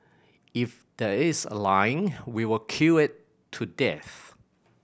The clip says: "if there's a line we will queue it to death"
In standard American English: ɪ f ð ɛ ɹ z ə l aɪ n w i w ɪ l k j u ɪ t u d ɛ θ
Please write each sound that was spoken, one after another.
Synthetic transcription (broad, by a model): ɪ f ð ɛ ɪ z ə l aɪ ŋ w i w ɪ l k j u ɪ t u d ɛ θ